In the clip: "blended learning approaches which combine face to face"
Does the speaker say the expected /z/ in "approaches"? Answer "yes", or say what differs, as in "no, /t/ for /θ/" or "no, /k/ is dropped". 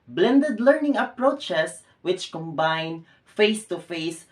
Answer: no, /s/ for /z/